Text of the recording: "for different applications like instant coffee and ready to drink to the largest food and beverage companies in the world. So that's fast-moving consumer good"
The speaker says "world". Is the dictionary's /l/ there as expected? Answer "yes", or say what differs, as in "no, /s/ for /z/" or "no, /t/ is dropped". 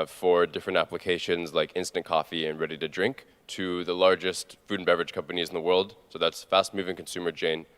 yes